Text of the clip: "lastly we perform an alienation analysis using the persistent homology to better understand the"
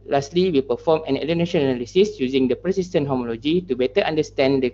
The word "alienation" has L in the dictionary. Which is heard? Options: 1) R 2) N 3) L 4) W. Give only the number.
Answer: 2